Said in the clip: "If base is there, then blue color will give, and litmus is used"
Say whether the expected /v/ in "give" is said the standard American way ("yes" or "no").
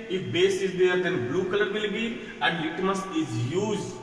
no